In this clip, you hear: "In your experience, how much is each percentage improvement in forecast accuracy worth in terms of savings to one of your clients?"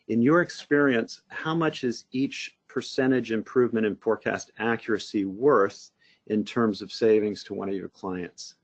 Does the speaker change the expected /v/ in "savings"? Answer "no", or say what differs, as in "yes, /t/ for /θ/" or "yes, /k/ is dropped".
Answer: no